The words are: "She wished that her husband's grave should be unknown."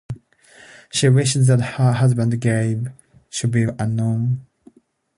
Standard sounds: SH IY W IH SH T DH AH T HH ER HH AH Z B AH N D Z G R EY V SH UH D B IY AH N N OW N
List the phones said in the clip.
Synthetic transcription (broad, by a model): SH IY W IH SH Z DH AH T HH ER HH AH Z B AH N D G EY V SH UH D B IY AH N N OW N